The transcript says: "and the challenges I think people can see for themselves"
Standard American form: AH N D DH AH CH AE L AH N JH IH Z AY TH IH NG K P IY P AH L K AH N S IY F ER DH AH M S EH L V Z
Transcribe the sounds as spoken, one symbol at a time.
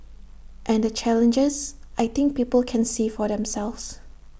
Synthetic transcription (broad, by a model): AH N D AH CH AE L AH N JH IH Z AY T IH NG K P IY P AH L K AH N S IY F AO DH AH M S EH L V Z